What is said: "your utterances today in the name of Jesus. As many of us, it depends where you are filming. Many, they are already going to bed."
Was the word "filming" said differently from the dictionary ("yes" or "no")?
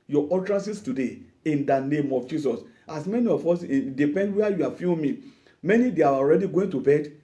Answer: yes